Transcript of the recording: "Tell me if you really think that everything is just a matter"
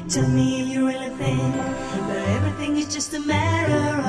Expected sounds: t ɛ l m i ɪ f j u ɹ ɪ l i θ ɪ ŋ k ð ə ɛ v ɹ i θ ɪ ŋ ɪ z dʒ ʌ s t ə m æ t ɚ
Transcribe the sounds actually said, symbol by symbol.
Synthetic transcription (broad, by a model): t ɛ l m i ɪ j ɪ ɹ ɪ l i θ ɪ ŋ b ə ɛ v ɹ i θ ɪ ŋ ɪ z dʒ ʌ s t ə m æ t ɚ